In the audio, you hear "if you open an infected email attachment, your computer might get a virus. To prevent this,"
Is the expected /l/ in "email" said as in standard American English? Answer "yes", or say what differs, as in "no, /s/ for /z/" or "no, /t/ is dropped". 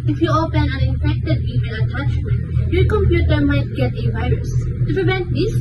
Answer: no, /n/ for /l/